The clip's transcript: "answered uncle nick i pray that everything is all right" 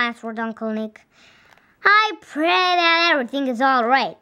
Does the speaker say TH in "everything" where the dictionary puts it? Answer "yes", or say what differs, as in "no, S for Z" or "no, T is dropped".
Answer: yes